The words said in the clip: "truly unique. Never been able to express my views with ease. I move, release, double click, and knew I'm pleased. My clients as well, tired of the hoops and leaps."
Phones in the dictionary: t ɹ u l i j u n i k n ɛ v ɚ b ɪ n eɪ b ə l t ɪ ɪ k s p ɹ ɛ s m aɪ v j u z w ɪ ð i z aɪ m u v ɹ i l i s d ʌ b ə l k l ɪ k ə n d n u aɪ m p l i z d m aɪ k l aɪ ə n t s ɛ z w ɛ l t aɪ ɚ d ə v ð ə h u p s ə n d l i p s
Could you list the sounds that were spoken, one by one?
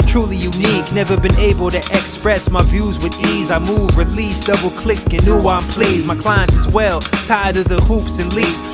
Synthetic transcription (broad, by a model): t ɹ u l i j u n i k n ɛ v ɚ b ɪ n eɪ b ə l t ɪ ɪ k s p ɹ ɛ s m aɪ v j u z w ɪ ð i z aɪ m u v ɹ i l i s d ʌ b l k l ɪ k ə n n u aɪ m p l i z m aɪ k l aɪ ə n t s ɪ z w ɛ l t aɪ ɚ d ə v ð ə h u p s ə n l i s